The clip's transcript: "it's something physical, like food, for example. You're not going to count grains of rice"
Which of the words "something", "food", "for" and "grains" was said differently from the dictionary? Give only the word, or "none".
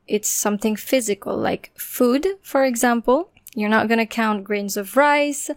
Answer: none